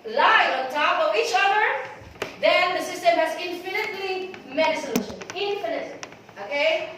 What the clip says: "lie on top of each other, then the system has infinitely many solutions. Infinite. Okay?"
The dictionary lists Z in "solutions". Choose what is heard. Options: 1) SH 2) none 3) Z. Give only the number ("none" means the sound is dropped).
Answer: 2